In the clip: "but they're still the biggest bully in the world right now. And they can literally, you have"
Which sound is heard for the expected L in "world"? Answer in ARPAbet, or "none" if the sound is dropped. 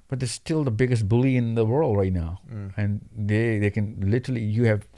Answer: L